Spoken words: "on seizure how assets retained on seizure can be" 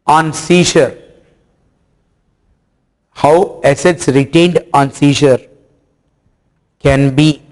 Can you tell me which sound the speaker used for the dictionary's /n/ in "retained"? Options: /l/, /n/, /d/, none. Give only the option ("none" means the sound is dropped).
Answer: /n/